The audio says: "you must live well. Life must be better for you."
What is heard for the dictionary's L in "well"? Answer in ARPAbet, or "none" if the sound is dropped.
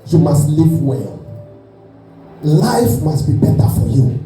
L